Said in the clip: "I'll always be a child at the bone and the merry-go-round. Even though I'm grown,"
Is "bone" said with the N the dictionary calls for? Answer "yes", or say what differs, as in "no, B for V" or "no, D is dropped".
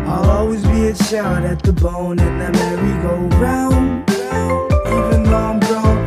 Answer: yes